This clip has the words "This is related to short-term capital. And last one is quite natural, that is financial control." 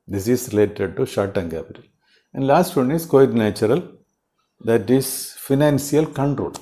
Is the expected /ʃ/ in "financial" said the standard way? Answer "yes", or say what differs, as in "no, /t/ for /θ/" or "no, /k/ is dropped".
no, /s/ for /ʃ/